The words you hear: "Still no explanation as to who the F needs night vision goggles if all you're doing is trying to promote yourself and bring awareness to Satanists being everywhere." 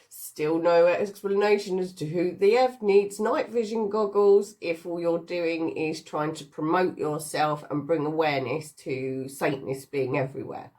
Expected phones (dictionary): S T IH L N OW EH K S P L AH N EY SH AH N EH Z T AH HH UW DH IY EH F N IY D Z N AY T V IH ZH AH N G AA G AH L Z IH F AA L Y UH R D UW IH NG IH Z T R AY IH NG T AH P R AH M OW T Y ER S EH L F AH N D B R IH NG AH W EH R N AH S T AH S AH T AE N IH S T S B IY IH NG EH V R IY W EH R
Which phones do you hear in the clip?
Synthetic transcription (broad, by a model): S T IH L N OW EH K S P L AH N EY SH AH N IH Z T AH HH UW DH IY EH F N IY D Z N AY T V IH ZH AH N G AA G AH L Z IH F AA L Y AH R D UW IH NG IH Z T R AY IH NG T AH P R AH M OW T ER S EH L F AH N B R IH NG AH W EH N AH S T AH S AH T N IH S S B IY IH NG EH V R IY W EH